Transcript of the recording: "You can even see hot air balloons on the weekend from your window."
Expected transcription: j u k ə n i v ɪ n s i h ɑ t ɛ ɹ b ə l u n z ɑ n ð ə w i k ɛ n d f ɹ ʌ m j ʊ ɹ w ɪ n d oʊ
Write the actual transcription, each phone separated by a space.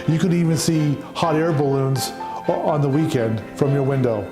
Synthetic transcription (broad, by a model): j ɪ k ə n i v ɪ n s i h ɑ t ɛ ɹ b ə l u n z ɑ n ð ə w i k ɛ n d f ɹ ʌ m j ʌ ɹ w ɪ n d oʊ